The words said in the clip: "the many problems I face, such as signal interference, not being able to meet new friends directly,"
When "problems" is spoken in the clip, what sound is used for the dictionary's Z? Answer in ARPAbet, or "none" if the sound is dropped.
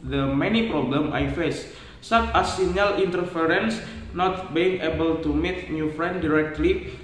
none